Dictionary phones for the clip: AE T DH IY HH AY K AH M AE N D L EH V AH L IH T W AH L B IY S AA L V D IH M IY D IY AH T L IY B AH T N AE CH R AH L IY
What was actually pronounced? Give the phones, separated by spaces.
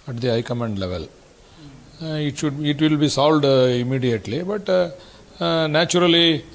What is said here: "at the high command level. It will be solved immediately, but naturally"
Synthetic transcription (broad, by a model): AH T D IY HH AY K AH M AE N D L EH V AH L IH T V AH L B IY S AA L D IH M IY D IY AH T L IY B AH T N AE CH R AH L IY